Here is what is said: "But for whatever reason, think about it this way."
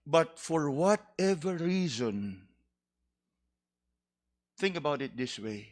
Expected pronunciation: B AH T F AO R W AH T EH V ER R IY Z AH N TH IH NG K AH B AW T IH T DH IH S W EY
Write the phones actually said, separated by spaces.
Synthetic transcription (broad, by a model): B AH T F AO R W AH T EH V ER R IY Z AH N TH IH NG K AH B AW T IH T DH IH S W EY